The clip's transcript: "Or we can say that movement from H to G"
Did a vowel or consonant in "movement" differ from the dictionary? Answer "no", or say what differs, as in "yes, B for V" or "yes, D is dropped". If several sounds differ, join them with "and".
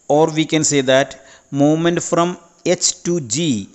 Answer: yes, V is dropped